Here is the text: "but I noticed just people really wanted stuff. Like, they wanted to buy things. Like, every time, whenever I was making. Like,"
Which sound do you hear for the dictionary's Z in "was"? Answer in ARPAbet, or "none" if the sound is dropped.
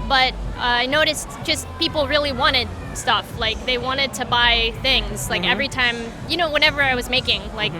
Z